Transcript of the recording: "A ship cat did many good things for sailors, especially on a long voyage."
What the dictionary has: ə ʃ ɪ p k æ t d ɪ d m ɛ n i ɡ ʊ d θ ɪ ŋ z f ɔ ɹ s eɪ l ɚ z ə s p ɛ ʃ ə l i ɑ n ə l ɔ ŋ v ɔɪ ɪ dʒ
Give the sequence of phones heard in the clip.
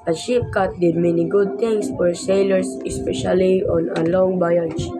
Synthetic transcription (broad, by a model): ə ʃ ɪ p k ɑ t d ɪ d m ɛ n i ɡ ʊ d t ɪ ŋ s f ɔ ɹ s eɪ l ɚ s ə s p ɛ ʃ ə l i ɑ n ə l ɔ ŋ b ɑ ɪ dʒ